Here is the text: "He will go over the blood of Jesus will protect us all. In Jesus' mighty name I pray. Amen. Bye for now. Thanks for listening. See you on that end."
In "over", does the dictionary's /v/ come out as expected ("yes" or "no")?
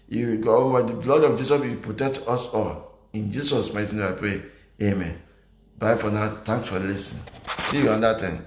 no